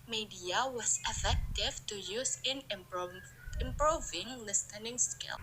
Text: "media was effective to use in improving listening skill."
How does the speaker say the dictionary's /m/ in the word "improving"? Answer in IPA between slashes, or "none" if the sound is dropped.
/m/